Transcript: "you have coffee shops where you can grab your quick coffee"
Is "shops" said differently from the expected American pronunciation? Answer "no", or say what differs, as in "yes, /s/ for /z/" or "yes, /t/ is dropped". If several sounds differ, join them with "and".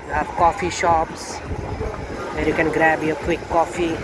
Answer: no